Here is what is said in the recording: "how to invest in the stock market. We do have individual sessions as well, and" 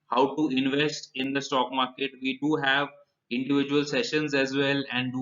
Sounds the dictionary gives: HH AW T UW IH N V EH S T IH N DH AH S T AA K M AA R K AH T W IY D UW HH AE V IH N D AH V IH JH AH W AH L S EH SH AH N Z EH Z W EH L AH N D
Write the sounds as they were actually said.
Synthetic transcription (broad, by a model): HH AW T UW IH N V EH S T IH N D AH S T AA K M AA R K AH T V IY D UW HH AE V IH N D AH V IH JH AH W AH L S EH SH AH N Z EH Z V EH L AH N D